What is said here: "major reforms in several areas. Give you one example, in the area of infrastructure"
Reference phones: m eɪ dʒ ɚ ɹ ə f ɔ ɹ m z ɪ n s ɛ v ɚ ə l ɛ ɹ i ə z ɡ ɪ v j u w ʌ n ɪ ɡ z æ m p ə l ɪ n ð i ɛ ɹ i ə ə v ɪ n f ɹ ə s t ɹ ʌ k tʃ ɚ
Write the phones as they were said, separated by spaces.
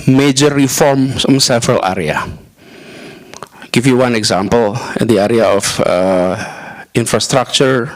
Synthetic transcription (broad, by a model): m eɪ dʒ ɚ ɹ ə f ɔ ɹ m s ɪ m s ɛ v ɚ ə l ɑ ɹ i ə ɡ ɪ f j u w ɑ n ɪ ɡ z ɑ m p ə l ɪ n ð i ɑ ɹ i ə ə f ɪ n f ɹ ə s t ɹ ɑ k tʃ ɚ